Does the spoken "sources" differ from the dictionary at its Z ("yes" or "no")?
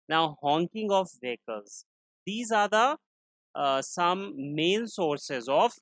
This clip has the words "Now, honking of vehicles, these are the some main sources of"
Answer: no